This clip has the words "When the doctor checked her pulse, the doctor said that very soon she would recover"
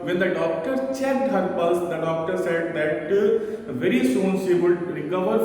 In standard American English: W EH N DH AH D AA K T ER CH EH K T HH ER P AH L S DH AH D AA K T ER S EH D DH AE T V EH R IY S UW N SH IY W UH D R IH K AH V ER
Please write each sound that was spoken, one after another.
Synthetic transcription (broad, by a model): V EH N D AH D AA K T ER CH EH T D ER B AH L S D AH D AA K T ER S EH D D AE T V EH R IY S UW N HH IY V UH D R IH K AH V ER